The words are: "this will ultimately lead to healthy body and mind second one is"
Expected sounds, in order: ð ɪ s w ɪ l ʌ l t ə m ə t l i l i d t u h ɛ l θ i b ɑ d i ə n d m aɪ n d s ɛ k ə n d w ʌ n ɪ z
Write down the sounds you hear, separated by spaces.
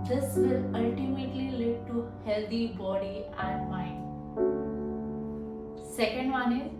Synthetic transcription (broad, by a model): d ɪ s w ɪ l ʌ l t ə m ə t l i l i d t u h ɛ l t i b ɑ d i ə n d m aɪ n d s ɛ k ə n d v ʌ n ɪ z